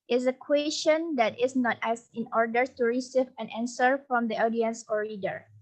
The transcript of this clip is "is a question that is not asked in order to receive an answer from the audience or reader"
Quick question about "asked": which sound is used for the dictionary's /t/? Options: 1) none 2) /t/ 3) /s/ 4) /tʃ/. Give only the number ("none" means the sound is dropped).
1